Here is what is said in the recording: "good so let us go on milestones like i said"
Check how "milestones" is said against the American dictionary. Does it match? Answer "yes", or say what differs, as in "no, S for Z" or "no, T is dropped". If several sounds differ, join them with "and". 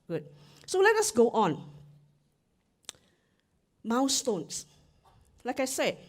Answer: no, W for L and S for Z